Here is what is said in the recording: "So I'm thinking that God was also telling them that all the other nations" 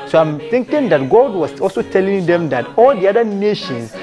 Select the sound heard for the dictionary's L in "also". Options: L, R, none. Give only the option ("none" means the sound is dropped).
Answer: L